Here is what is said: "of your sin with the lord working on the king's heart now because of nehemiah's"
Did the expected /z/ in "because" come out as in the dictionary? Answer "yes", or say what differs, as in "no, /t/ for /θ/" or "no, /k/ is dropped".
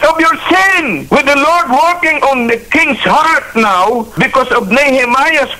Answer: no, /s/ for /z/